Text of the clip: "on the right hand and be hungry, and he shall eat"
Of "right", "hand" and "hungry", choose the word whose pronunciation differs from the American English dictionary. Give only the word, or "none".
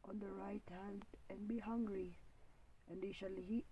none